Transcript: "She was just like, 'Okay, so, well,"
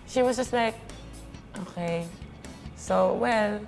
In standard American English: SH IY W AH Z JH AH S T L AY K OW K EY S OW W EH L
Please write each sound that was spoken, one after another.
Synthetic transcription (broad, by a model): SH IY W AH Z JH AH S T L AY K OW K EY S OW W EH L